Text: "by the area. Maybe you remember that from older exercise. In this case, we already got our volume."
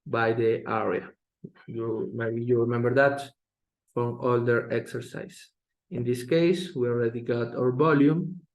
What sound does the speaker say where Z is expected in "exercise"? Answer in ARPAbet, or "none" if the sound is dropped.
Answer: S